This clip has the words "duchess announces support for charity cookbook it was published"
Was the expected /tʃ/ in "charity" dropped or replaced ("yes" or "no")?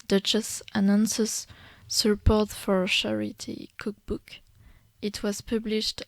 yes